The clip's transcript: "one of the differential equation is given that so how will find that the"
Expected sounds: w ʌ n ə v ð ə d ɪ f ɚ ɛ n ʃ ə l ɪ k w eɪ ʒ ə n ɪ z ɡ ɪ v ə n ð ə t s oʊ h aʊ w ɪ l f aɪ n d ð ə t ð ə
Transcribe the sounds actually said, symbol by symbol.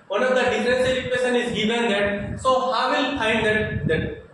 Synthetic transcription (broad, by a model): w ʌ n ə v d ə d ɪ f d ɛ n s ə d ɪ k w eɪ ʃ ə n ɪ z ɡ ɪ v ə n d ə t s oʊ h aʊ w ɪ l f aɪ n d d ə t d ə